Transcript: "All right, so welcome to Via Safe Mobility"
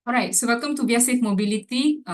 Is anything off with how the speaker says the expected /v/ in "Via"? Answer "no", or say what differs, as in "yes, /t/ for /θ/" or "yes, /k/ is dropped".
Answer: yes, /b/ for /v/